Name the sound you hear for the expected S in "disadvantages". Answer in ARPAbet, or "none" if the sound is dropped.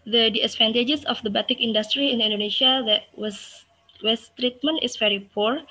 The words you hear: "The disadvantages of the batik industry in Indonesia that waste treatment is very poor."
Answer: none